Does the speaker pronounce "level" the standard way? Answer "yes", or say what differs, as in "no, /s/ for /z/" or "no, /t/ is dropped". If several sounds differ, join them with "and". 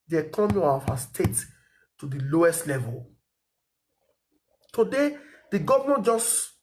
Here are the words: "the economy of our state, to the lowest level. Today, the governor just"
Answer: yes